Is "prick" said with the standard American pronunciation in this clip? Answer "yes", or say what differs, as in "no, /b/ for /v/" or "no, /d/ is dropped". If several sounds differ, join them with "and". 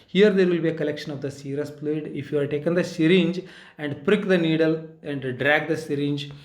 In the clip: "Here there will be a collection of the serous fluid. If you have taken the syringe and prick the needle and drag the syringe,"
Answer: yes